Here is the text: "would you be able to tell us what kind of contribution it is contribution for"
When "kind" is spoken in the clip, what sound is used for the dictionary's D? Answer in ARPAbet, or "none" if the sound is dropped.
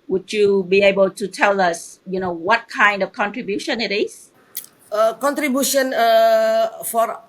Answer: D